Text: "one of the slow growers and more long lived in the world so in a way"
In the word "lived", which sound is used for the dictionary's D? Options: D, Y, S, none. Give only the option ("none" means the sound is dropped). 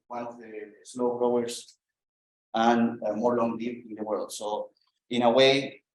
none